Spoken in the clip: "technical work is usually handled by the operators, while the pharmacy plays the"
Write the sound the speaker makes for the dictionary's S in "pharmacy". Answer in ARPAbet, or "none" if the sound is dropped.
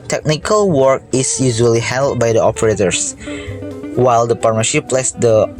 SH